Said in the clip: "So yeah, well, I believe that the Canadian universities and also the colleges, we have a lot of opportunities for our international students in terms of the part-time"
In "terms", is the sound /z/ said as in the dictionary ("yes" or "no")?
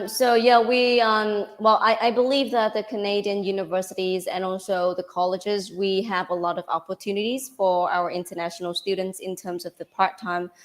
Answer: yes